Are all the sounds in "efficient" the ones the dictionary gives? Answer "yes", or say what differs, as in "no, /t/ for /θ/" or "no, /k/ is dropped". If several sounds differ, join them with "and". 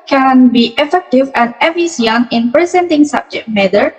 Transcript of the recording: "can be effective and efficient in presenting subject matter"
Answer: no, /ʃ/ is dropped and /t/ is dropped